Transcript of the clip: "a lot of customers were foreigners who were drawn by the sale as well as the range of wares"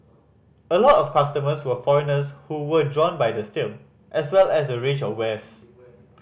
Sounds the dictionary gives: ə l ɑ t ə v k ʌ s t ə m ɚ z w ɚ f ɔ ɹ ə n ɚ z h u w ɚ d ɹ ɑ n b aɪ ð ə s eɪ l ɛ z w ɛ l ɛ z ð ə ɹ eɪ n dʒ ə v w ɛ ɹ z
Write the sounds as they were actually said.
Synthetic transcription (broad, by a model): ə l ɑ t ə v k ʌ s t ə m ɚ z w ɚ f ɔ ɹ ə n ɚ s h u w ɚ d ɹ ɑ n b aɪ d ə s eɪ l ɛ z w ɛ l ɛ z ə ɹ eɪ dʒ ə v w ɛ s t